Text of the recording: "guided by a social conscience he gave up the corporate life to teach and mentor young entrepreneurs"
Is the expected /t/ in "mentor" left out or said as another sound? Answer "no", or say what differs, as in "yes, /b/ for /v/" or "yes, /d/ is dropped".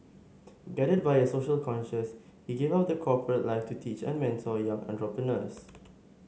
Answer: yes, /s/ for /t/